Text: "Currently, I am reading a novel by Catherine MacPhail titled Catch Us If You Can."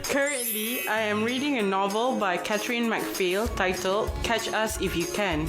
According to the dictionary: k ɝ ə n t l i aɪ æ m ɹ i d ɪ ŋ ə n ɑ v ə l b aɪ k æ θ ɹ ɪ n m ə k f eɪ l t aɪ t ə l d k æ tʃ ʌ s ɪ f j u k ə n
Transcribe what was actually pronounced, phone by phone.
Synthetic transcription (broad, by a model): k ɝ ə n t l i aɪ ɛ m ɹ i d ɪ ŋ ə n ɑ v ə l b aɪ k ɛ t ɹ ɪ n m ə k f eɪ l t aɪ t ə l k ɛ tʃ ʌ s ɪ f j u k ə n